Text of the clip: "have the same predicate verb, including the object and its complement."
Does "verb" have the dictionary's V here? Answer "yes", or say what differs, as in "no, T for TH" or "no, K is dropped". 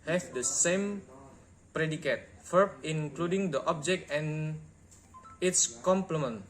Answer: no, F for V